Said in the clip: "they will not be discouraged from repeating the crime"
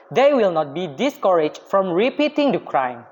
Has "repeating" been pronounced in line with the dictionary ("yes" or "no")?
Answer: yes